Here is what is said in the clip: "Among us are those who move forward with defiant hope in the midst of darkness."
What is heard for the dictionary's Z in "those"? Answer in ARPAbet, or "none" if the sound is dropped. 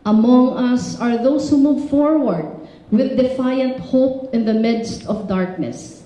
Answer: S